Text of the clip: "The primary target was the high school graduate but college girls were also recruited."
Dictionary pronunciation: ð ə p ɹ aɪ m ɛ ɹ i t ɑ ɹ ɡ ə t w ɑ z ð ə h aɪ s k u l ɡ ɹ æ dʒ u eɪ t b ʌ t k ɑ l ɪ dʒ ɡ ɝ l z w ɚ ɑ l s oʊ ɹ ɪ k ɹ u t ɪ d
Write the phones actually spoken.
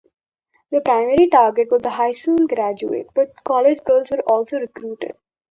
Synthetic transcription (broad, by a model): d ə p ɹ aɪ m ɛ ɹ i t ɑ ɹ ɡ ə t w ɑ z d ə h aɪ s u n ɡ ɹ æ dʒ u eɪ t b ʌ t k ɑ l ɪ dʒ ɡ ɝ l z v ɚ ɑ l s oʊ ɹ ɪ k ɹ u t ɪ d